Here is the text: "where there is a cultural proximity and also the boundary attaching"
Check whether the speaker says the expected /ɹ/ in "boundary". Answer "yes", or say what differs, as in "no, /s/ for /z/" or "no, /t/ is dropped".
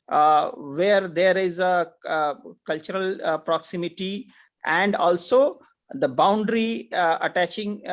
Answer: yes